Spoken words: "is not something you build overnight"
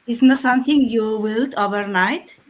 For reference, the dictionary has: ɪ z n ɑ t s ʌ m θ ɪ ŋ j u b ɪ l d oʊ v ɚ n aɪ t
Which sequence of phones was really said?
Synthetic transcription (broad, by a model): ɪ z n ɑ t s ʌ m t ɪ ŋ j u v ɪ l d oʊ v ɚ n aɪ t